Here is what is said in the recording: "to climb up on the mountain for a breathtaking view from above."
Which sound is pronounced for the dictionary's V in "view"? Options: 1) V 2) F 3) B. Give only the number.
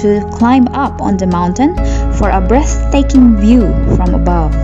1